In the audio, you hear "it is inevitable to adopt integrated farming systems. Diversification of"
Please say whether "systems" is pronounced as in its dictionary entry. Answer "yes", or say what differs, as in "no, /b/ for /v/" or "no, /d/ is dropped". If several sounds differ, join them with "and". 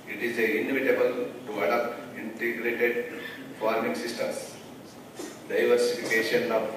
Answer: no, /z/ is dropped